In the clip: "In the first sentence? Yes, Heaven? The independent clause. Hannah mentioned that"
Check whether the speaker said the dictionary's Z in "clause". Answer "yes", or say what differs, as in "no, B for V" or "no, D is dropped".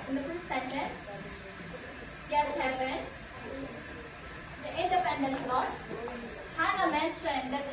no, S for Z